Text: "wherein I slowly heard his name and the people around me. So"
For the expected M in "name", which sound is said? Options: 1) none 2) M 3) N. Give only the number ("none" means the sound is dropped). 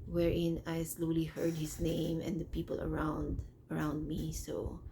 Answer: 2